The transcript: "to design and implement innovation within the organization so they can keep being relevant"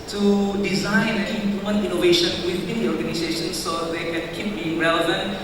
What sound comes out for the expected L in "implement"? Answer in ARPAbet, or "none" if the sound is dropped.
none